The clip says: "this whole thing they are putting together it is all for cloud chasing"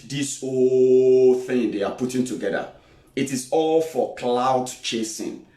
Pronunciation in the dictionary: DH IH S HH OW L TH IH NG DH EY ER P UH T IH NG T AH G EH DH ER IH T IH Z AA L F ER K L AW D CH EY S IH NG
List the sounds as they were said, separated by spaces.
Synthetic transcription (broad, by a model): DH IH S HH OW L TH IH NG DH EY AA P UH T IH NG T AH G EH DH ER IH T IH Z AA L F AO K L AW D CH EY S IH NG